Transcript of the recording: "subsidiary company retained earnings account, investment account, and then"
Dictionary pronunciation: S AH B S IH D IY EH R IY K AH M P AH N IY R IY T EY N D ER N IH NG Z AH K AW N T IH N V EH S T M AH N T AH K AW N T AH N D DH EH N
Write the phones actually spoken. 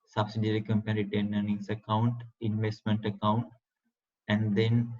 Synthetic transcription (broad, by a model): S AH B S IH D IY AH R IY K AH M P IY R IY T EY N ER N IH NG S AH K AW N T IH N V EH S T M AH N T AH K AW N T AH N D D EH N